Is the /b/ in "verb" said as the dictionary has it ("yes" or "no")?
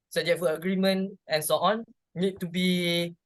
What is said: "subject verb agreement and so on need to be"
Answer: no